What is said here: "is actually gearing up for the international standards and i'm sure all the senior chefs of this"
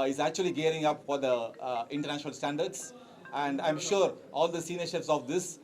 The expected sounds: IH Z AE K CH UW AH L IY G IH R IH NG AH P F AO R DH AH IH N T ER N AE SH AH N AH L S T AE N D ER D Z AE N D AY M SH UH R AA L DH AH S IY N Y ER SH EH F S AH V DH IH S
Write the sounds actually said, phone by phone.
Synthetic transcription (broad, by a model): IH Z AE K CH UW AH L IY G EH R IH NG AH P F AO R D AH IH N T ER N AE SH AH N AH L S T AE N D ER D S AE N D AY M SH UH R AA L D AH S IY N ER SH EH P S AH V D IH S